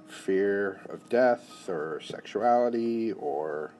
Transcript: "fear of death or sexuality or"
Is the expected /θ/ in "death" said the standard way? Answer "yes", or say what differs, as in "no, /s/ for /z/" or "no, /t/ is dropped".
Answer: yes